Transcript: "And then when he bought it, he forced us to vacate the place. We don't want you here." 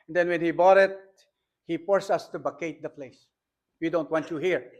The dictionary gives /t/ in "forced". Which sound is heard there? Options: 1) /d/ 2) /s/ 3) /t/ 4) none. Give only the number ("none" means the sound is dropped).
4